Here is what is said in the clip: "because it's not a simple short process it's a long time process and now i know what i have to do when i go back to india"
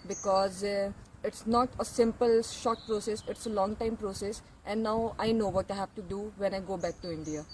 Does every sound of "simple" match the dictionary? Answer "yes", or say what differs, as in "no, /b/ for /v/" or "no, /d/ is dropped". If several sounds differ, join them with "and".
yes